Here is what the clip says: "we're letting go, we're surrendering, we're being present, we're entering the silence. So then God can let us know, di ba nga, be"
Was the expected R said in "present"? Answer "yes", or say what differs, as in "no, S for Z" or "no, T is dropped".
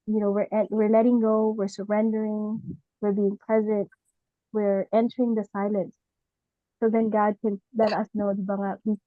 no, L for R